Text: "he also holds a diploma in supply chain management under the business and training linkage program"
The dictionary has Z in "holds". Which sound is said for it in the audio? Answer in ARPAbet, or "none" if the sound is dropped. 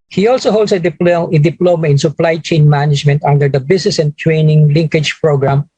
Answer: S